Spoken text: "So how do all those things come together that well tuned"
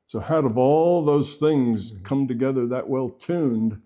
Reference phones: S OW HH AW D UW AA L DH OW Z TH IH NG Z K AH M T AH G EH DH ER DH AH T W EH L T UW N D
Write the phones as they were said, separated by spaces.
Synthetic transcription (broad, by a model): S OW HH AW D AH AA L DH OW Z TH IH NG Z K AH M T AH G EH DH ER DH AH T W EH L T UW N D